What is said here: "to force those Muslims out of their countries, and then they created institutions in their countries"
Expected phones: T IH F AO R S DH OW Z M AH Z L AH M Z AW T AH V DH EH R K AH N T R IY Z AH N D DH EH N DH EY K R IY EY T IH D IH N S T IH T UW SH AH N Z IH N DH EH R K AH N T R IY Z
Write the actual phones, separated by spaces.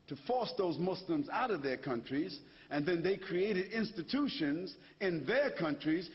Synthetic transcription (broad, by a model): T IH F AO R S DH OW Z M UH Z L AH M Z AW T AH V DH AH R K AH N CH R IY Z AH N DH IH N DH EY K R IY EY T IH D IH N S T IH T UW SH AH N Z IH N DH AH R K AH N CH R IY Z